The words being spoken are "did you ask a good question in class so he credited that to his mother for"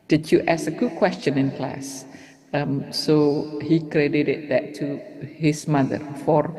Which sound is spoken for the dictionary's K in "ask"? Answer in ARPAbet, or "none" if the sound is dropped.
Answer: none